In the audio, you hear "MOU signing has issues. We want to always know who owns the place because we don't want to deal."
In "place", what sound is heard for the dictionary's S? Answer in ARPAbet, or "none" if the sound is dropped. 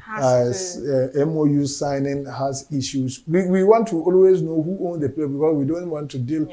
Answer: none